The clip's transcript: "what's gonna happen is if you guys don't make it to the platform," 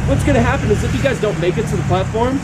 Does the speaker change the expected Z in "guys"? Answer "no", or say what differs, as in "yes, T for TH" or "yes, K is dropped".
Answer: no